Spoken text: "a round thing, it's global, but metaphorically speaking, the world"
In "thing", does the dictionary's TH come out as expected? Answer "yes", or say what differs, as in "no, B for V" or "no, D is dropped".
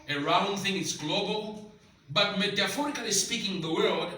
yes